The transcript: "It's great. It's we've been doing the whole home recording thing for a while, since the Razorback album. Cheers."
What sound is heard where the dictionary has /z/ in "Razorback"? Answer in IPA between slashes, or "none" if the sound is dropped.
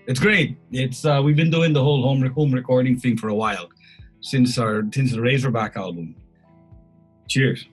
/z/